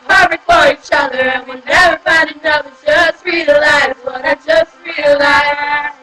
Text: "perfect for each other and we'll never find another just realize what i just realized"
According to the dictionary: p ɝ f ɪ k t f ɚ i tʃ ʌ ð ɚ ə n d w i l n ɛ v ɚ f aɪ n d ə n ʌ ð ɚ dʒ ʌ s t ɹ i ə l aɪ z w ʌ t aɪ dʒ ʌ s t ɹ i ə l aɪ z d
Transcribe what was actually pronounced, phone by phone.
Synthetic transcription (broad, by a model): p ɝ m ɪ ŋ f ɚ i tʃ ʌ ð ɚ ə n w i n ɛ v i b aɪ d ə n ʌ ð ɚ dʒ ʌ s t ɹ i ə l aɪ z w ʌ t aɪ dʒ ʌ s t ɹ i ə l aɪ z